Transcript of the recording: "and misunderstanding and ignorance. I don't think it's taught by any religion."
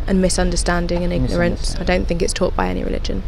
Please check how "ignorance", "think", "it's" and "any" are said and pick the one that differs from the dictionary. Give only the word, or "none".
none